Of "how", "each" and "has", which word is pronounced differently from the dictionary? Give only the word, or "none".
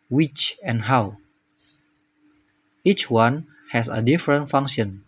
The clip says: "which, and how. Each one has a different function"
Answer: has